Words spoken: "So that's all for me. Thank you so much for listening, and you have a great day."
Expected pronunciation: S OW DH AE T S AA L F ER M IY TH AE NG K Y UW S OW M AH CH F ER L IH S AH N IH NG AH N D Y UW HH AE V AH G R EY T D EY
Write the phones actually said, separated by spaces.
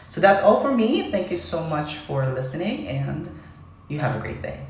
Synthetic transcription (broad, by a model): S OW DH AE T S AA L F ER M IY TH AE NG K Y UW S OW M AH CH F ER L IH S AH N IH NG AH N Y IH V AH G R EY T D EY